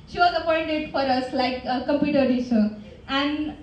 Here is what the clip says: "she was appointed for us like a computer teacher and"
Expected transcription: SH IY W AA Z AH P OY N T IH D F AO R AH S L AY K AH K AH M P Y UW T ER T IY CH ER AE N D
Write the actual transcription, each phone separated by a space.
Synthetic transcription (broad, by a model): SH IY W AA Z AH P OY N T IH D F AO R AH S L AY AH K AH M P Y UW T ER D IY S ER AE N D